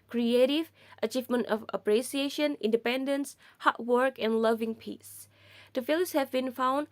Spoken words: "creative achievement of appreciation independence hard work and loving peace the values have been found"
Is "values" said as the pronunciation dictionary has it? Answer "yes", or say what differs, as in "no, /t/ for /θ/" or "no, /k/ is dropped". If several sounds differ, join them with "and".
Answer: no, /f/ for /v/